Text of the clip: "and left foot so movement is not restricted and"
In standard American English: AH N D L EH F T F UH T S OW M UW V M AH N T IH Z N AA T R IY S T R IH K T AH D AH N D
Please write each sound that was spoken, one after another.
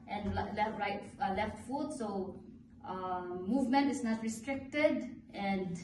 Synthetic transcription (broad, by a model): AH N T L EH F T F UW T S OW M UW V M AH N T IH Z N AA T R IY S T R IH K T AH D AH N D